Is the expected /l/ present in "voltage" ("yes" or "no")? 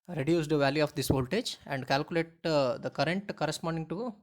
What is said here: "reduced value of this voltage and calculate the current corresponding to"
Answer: yes